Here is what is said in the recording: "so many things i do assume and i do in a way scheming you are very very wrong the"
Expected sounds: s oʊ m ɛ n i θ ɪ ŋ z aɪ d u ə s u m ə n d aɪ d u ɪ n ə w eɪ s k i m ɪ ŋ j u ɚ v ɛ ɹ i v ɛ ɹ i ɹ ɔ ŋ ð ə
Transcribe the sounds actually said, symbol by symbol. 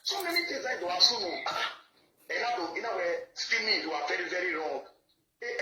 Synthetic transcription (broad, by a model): s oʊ m ɛ n i t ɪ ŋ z aɪ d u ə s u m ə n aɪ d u ɪ n ə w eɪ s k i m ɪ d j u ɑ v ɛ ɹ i v ɛ ɹ i ɹ ɔ ŋ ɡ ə